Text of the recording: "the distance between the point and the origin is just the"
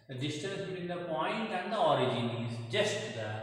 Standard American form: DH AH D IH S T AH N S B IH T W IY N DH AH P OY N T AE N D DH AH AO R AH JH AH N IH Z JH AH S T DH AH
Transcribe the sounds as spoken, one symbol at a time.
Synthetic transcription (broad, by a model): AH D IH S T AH S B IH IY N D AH P OY N T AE N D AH AO R AH JH AH N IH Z JH AH S T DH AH